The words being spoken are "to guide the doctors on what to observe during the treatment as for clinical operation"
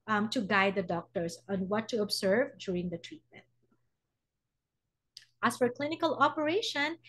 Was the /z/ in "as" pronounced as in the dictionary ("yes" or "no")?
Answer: no